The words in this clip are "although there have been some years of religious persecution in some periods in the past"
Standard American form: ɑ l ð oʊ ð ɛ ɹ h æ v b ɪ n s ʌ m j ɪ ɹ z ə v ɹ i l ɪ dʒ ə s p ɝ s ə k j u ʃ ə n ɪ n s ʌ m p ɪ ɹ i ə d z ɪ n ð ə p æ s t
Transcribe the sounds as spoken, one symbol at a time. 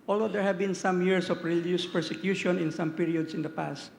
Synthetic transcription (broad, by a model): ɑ l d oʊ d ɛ ɹ h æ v b ɪ n s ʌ m j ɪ ɹ s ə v ɹ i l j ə s p ɝ s ə k j u ʃ ə n ɪ n s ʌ m p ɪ ɹ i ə d s ɪ n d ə p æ s t